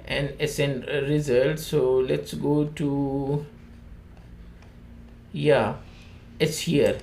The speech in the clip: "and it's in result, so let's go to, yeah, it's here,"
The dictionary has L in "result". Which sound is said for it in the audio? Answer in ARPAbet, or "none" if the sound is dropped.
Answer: L